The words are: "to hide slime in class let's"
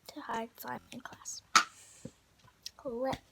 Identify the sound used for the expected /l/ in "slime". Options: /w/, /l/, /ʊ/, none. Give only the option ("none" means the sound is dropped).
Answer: none